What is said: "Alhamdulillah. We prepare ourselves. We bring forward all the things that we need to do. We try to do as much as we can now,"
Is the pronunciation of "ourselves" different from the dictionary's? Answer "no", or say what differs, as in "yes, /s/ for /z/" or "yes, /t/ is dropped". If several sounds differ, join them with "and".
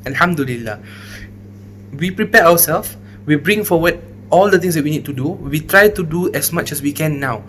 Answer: yes, /w/ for /ɹ/